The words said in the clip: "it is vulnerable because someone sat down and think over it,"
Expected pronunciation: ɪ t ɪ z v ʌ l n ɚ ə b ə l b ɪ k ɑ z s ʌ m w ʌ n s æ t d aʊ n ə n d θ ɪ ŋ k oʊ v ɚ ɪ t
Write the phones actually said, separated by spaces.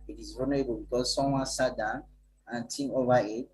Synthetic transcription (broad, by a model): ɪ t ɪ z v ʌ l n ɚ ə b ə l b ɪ k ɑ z s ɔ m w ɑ n s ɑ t d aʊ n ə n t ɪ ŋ oʊ v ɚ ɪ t